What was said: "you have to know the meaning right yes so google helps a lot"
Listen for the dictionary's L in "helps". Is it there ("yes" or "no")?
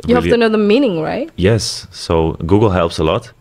yes